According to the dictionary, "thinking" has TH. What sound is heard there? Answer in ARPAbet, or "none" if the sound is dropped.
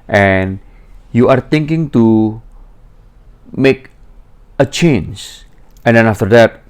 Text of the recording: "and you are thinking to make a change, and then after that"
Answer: T